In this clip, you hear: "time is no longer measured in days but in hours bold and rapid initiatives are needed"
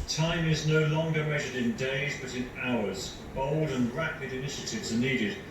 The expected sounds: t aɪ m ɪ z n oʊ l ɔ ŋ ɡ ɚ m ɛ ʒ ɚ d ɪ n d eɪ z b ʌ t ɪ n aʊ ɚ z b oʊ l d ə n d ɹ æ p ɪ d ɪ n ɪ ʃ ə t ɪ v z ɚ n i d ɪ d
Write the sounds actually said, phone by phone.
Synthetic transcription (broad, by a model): t aɪ m ɪ z n oʊ l ɔ ŋ ɡ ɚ m ɛ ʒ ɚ d ɪ n d eɪ z b ʌ t ɪ n aʊ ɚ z b oʊ l d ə n ɹ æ p ɪ d ɪ n ɪ ʃ ə t ɪ v z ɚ n i d ɪ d